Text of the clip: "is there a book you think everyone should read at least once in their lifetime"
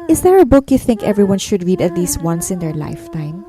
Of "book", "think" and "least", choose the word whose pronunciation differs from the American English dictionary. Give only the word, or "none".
none